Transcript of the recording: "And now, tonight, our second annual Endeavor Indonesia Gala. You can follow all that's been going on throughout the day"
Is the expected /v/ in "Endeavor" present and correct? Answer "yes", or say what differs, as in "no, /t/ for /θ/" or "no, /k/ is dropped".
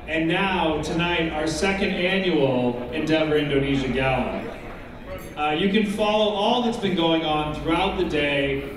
yes